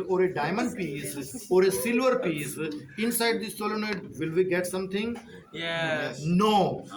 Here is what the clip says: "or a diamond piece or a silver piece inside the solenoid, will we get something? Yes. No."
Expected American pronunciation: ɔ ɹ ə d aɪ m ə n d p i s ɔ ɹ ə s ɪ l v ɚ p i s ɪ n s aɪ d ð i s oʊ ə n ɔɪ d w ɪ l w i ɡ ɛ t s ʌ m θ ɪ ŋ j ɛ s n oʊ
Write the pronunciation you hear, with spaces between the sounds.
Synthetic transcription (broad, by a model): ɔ ɹ ə d aɪ m ə n d p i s ɔ ɹ ə s ɪ l v ɚ p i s ɪ n s aɪ d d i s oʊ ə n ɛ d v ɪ l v i ɡ ɛ t s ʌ m t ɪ ŋ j n oʊ